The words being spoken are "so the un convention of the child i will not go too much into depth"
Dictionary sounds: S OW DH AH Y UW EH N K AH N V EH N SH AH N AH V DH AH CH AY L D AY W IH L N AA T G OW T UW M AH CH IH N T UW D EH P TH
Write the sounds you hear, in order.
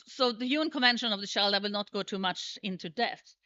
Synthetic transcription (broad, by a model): S OW DH AH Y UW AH N K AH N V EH N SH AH N AH V DH AH SH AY L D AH W IH L N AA T G OW T UW M AH CH IH N T UW D EH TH